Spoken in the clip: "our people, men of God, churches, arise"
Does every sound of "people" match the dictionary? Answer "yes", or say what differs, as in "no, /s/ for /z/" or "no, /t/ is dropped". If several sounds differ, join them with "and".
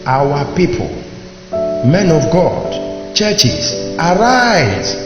yes